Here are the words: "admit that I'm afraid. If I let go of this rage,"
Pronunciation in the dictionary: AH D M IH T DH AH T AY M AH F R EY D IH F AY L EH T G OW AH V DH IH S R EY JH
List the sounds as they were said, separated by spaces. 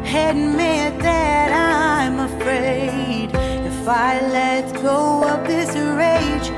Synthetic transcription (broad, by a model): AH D M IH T DH AH T AY M AH F R EY D IH F AY L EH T G OW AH P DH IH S R EY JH